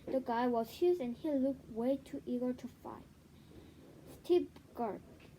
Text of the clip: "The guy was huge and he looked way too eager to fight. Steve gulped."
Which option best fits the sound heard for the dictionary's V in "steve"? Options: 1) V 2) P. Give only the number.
2